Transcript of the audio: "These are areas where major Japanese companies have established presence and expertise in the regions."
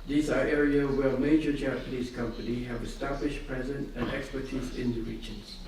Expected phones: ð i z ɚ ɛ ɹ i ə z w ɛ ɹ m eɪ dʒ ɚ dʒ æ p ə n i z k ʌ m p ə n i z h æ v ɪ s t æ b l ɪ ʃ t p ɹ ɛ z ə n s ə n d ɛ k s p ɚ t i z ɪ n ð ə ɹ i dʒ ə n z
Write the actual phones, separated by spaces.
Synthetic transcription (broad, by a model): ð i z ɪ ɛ ɹ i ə w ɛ l m eɪ dʒ ɚ dʒ æ p ə n i z k ʌ m p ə n i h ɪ v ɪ s t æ b l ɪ ʃ p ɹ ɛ z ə n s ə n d ɛ k s p ɚ t i z ɪ n ð ə ɹ i dʒ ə n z